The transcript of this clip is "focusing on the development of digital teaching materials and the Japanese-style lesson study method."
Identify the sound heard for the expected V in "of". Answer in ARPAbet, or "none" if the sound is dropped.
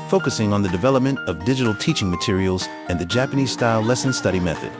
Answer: V